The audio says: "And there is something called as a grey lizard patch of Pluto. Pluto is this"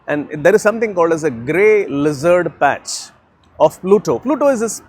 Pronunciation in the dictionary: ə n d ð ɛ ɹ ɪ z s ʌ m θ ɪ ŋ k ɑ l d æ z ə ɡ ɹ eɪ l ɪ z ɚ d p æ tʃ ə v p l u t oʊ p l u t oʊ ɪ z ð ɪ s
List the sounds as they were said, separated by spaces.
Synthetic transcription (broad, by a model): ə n d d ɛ ɹ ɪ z s ʌ m t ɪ ŋ k ɑ l d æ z ə ɡ ɹ eɪ l ɪ z ɚ d p æ tʃ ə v p l u t oʊ p l u t oʊ ɪ z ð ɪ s